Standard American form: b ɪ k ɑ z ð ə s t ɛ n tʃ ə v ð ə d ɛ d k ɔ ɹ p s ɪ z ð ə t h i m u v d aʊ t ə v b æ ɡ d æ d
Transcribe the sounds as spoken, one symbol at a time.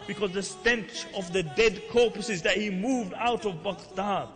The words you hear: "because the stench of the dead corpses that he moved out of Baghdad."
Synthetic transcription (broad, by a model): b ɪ k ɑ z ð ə s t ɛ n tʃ ə v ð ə d ɛ d k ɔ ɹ p s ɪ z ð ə t h i m u v d aʊ t ə v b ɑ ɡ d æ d